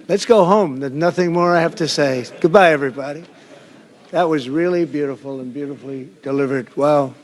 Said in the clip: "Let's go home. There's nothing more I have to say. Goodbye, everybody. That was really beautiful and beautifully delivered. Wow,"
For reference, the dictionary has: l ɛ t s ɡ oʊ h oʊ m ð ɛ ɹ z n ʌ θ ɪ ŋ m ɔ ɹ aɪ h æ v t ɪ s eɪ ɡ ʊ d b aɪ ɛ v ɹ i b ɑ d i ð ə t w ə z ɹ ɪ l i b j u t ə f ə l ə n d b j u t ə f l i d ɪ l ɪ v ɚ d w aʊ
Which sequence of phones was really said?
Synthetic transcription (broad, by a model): l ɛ t s ɡ oʊ h oʊ m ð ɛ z n ʌ θ ɪ ŋ m ɔ ɹ aɪ h æ f t ɪ s eɪ ɡ ʊ d b aɪ ɛ v ɹ i b ɑ d i ð ə t w ə z ɹ ɪ l i b j u t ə f l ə n b j u t ə f l i d ɪ l ɪ v ɚ d w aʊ